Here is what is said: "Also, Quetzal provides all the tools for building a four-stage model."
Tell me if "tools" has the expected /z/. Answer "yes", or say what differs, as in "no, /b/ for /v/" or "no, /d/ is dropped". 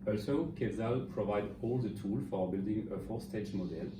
no, /z/ is dropped